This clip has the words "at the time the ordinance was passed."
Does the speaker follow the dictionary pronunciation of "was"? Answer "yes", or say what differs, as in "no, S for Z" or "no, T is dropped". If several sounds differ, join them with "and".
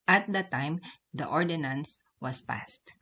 no, S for Z